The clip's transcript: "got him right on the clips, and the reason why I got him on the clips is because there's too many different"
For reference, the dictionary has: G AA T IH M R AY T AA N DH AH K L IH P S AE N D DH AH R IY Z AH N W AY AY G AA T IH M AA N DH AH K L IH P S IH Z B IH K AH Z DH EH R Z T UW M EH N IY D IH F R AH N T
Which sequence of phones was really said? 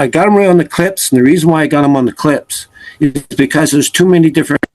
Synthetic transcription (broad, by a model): G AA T IH M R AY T N DH AH K L IH P S N DH AH R IY Z AH N W AY AY G AA T IH M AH N DH AH K L IH P S IH Z B IH K AH Z DH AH R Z T UW M EH N IY D IH F R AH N